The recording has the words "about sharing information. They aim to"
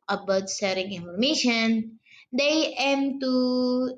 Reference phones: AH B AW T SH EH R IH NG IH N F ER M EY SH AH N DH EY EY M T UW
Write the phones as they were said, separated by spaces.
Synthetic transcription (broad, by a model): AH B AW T S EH R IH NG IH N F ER M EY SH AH N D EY EY M T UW